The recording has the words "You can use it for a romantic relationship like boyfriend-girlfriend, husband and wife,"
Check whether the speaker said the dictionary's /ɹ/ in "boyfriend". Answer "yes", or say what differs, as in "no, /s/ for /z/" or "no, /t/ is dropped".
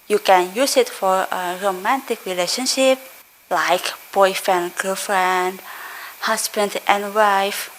no, /ɹ/ is dropped